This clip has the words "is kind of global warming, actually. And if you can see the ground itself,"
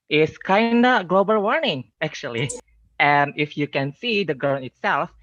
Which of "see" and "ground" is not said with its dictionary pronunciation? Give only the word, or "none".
ground